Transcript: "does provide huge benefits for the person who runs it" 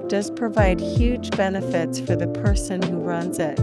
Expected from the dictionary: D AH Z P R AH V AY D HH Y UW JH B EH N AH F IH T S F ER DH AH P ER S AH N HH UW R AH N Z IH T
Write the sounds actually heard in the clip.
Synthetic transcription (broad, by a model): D AH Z P R AH V AY D HH Y UW JH B EH N AH F IH T S F ER DH AH P ER S AH N HH UW R AH N Z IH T